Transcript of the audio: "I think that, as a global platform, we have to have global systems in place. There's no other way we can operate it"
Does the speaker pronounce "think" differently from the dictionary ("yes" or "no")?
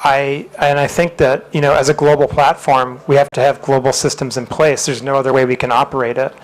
no